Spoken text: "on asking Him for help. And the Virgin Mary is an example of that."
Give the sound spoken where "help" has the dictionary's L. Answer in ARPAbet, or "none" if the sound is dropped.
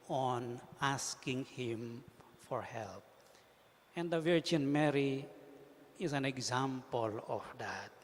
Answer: L